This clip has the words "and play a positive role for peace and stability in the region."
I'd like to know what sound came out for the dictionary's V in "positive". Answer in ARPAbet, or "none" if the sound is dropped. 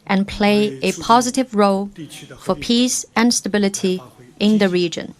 V